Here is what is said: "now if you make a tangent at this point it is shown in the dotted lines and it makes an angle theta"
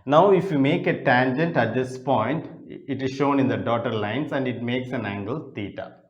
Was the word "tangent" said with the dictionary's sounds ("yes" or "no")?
yes